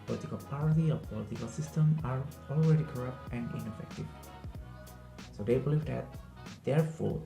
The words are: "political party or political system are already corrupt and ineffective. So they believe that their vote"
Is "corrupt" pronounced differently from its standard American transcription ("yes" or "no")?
no